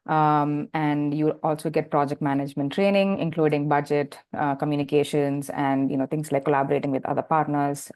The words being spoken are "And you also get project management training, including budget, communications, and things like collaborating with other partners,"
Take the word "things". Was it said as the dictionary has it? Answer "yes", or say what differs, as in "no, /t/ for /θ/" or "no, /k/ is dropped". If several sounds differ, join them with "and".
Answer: no, /t/ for /θ/